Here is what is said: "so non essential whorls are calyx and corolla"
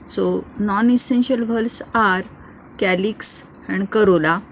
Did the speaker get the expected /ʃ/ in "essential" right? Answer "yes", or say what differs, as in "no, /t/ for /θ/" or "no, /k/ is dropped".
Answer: yes